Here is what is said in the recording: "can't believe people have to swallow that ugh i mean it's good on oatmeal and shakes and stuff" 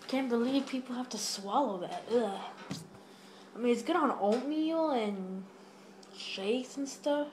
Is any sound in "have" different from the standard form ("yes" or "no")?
yes